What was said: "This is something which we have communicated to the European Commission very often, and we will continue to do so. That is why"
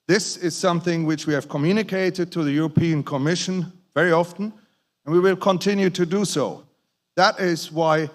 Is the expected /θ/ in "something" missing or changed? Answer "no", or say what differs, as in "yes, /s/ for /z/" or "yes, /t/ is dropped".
no